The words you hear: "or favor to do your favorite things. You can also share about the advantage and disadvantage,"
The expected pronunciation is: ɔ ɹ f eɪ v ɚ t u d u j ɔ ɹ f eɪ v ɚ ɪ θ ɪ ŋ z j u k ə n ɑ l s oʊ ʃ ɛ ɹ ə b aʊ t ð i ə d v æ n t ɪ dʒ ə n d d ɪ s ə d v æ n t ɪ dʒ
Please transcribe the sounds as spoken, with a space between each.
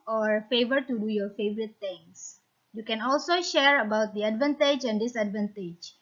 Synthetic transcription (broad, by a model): ɔ ɹ f eɪ v ɚ t u d u j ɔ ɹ f eɪ v ɚ ɪ t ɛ ŋ s j u k ə n ɑ l s oʊ ʃ ɛ ɹ ə b aʊ t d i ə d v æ n t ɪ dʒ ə n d d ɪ s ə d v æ n t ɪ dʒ